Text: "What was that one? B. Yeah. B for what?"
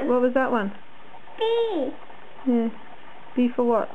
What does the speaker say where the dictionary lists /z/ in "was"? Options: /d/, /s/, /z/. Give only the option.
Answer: /z/